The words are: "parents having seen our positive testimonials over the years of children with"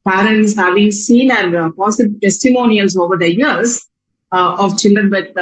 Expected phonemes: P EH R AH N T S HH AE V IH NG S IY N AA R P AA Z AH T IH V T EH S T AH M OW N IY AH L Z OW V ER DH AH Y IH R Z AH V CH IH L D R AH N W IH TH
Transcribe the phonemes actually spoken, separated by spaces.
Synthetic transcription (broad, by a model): P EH R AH N T S HH AE V IH NG S IY N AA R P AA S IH B T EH S T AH M OW N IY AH L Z OW V ER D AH Y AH R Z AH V CH IH L D R AH N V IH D